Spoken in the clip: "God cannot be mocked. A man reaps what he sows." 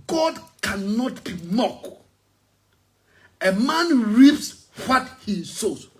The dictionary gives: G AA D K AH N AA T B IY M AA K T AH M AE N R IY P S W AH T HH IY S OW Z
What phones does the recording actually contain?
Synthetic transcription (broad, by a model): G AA D K AH N AA T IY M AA K AH M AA N R IY P S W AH T HH IY S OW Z